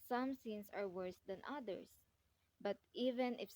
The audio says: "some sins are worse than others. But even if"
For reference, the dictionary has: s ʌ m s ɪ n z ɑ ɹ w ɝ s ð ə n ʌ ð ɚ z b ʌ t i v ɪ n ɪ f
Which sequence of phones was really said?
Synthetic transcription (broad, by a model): s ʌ m s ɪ n s ɑ ɹ w ɝ s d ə n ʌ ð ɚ s b ʌ t i v ɪ n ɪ f